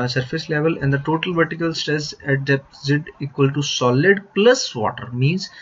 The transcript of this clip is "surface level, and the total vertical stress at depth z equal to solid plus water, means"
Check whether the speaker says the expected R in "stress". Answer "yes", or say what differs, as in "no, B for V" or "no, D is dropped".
no, R is dropped